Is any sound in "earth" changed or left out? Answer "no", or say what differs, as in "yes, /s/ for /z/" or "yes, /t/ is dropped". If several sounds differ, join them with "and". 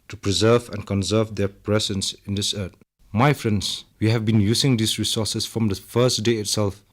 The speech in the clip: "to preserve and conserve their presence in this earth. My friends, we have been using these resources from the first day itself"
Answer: yes, /t/ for /θ/